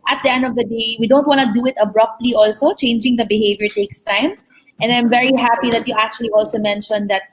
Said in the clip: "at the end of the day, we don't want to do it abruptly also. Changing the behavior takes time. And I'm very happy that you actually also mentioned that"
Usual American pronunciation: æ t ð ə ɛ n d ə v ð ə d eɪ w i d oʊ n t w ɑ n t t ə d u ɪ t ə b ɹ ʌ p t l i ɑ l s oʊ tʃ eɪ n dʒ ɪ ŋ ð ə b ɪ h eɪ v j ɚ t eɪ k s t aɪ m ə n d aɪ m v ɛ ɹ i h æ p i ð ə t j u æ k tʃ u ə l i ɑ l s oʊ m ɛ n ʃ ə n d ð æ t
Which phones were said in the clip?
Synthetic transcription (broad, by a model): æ t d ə ɛ n d ə v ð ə d eɪ w i d oʊ n t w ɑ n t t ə d u ɪ t ə b ɹ ʌ p t l i ɑ l s oʊ tʃ eɪ n dʒ ɪ ŋ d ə b ɪ h eɪ v j ɚ t eɪ k s t aɪ m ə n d aɪ m v ɛ ɹ i h æ p i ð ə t j u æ k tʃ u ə l i ɑ l s oʊ m ɛ n ʃ ə n d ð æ t